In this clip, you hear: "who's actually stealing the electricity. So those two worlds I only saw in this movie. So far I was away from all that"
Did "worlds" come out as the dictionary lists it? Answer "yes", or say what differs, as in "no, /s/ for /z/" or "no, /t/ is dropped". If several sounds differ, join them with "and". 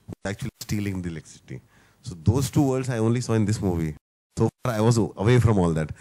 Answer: no, /l/ is dropped